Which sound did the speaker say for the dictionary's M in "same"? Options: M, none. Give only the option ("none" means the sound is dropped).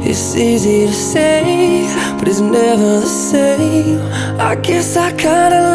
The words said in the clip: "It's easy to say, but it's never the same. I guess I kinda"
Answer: none